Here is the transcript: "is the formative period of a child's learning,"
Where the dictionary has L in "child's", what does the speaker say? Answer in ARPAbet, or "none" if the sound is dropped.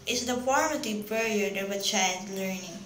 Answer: none